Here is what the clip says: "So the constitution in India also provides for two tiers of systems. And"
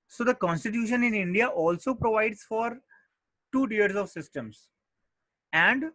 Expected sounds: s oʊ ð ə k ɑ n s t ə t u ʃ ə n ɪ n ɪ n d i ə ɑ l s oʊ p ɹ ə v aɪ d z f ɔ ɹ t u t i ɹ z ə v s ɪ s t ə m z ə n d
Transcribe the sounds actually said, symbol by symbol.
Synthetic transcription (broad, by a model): s oʊ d ə k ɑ n s t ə t u ʃ ə n ɪ n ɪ n d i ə ɑ l s oʊ p ɹ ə v aɪ d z f ɔ ɹ t u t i ɹ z ə v s ɪ s t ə m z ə n d